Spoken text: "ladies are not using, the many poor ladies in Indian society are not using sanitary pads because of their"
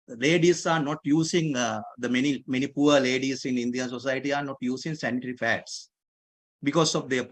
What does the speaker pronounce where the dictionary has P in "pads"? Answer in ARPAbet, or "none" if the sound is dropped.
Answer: F